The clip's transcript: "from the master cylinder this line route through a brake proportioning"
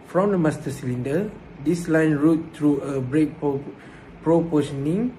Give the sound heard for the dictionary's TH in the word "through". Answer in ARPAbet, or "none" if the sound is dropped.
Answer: T